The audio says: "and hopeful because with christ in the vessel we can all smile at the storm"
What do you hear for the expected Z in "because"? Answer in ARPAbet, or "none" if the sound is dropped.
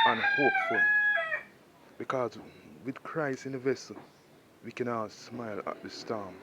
Z